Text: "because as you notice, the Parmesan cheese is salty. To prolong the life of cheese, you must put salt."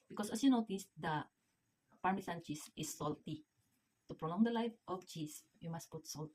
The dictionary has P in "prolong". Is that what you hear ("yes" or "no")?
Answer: yes